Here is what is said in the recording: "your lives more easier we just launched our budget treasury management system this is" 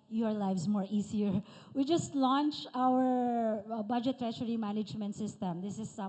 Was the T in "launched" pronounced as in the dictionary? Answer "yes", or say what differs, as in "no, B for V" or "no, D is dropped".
no, T is dropped